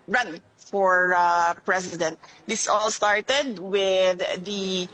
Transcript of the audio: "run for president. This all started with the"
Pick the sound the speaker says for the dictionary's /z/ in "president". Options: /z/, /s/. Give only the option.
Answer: /s/